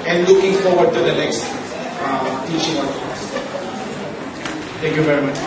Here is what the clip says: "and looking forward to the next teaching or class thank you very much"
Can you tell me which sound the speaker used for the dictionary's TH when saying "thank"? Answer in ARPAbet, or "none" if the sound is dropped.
T